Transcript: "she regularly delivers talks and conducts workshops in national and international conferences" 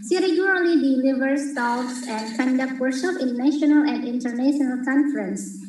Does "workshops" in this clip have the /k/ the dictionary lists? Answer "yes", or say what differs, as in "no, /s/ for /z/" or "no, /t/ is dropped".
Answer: no, /k/ is dropped